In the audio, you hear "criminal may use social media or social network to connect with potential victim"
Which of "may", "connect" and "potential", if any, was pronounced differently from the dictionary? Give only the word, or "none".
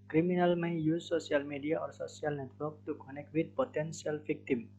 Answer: potential